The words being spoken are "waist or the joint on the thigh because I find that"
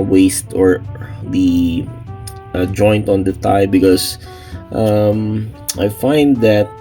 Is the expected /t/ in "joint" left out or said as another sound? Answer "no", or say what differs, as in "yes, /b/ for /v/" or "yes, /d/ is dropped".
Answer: no